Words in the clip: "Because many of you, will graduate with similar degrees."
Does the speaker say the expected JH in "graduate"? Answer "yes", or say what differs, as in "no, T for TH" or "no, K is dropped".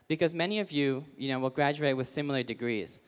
yes